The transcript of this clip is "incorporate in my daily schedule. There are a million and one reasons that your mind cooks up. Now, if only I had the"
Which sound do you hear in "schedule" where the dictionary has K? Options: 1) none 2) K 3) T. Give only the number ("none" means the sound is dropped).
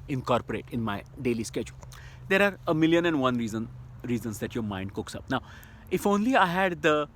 2